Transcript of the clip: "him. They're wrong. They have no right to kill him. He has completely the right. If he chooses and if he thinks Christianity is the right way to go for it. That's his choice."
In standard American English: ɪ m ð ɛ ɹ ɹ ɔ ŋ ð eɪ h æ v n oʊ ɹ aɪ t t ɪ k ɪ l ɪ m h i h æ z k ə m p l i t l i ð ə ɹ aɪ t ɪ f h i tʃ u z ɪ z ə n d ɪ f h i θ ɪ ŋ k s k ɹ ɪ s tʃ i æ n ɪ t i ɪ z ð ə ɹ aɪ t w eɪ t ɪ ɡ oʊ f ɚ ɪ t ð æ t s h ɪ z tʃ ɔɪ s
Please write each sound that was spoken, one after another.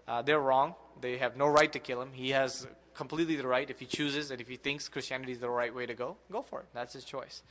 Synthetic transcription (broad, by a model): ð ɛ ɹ ɹ ɔ ŋ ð eɪ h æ v n oʊ ɹ aɪ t t ɪ k ɪ l ɪ m h i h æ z k ə m p l i t l i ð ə ɹ aɪ t ɪ f h i tʃ u z ɪ z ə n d ɪ f h i θ ɪ ŋ k s k ɹ ɪ s tʃ i æ n ɪ t i ɪ z ð ə ɹ aɪ t w eɪ t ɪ ɡ oʊ f ɚ ɪ t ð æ t s h ɪ z tʃ ɔɪ s